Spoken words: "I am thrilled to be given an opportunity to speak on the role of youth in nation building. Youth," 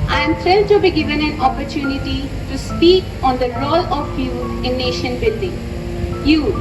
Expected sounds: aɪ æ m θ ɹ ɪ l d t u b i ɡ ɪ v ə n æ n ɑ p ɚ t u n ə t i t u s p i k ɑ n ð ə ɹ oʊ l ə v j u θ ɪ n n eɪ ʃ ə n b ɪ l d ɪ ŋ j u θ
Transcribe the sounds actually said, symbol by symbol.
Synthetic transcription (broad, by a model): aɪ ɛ m f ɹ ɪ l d t u b i ɡ ɪ v ə n æ n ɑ p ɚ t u n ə t i t u s p i k ɑ n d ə ɹ oʊ l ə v j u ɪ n n eɪ ʃ ə n b ɪ l d ɪ ŋ j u